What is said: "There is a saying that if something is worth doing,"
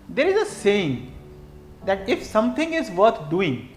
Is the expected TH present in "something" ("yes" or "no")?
no